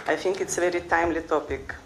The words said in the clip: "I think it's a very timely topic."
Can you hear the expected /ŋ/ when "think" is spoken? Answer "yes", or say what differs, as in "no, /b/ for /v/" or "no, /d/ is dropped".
yes